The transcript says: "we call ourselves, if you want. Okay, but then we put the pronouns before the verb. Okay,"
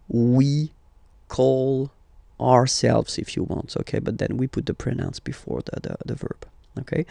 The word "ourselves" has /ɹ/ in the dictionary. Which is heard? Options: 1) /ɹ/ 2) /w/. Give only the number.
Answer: 1